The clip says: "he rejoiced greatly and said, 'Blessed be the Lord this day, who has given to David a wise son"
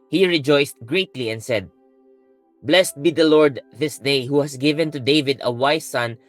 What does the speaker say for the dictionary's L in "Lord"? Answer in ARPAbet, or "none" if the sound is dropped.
L